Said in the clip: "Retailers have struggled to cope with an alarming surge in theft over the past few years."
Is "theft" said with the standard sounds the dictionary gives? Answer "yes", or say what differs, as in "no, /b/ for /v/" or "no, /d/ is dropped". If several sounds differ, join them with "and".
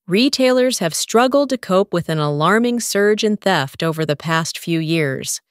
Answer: yes